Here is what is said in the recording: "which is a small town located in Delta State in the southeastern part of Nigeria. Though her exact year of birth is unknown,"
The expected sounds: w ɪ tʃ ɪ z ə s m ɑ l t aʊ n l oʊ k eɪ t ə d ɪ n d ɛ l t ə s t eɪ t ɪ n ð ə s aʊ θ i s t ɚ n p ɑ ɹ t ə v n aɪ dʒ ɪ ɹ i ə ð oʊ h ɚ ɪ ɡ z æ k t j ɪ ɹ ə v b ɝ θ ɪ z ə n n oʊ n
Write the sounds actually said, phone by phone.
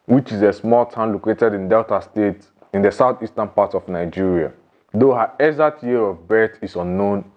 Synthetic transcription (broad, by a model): w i tʃ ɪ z ə s m ɑ l t aʊ n l oʊ k eɪ t ə d ɪ n d ɛ l t ə s t eɪ t ɪ n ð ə s aʊ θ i s t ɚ n p ɑ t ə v n aɪ dʒ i ɹ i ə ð oʊ h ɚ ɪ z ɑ t j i ɹ ə v b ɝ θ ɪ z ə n n oʊ n